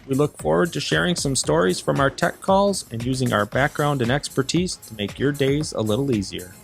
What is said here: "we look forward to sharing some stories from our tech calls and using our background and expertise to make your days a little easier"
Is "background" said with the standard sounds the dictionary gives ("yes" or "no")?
yes